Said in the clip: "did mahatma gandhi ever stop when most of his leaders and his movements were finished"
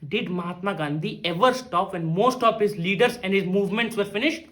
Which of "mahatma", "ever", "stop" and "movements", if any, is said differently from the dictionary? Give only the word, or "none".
none